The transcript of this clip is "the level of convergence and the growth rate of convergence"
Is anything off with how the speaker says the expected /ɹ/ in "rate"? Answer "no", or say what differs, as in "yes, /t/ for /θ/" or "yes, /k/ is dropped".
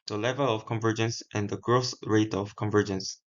no